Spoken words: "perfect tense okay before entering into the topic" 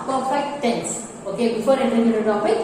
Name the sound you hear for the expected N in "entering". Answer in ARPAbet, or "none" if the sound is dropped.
none